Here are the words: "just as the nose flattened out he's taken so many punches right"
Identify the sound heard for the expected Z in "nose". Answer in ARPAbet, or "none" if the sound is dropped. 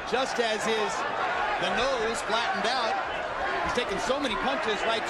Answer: Z